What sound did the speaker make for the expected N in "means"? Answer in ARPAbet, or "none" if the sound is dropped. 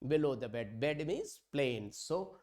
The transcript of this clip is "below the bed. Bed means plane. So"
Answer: none